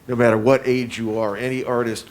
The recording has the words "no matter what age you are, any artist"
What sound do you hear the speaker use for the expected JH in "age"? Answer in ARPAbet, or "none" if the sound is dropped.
JH